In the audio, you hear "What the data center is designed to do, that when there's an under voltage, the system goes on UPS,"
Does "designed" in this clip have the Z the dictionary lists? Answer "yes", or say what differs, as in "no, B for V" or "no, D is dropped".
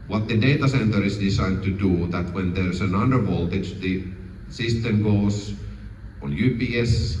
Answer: no, S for Z